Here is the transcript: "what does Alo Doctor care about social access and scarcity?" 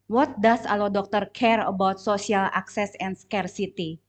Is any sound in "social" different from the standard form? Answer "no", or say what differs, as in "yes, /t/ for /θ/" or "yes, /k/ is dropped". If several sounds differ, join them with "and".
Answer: yes, /s/ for /ʃ/